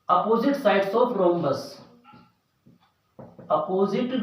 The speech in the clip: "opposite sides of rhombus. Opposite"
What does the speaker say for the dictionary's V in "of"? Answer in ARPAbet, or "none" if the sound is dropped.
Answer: P